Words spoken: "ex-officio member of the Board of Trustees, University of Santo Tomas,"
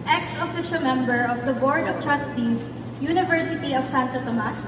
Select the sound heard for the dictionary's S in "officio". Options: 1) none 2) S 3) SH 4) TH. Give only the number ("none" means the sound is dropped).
3